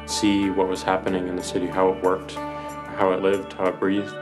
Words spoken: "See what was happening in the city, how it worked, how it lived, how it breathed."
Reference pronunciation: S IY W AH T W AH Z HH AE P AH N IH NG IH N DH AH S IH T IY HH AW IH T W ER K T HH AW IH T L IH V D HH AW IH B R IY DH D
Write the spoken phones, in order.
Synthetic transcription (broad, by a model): S IY W AH T W AH Z HH AE P AH N IH NG IH N DH AH S IH T IY HH AW IH T W ER K T HH AW IH T L IH V D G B R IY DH